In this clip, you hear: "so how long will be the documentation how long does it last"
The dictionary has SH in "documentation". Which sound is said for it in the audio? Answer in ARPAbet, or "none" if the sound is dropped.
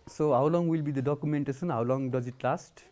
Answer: S